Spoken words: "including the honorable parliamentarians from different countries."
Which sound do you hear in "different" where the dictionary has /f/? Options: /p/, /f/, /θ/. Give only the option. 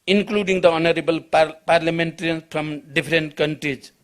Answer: /p/